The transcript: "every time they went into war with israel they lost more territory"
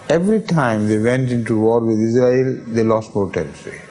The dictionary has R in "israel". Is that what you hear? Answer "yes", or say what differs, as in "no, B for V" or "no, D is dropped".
yes